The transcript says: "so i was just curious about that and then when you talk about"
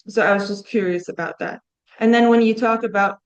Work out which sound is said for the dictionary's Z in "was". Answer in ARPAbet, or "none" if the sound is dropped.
Z